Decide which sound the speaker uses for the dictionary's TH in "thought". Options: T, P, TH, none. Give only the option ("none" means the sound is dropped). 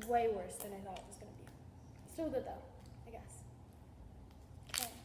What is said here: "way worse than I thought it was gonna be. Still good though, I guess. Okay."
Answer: TH